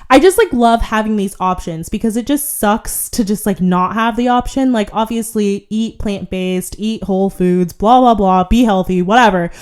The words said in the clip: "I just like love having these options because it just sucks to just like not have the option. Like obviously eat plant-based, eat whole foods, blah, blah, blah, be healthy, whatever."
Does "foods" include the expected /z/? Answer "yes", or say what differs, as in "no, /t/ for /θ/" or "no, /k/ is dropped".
yes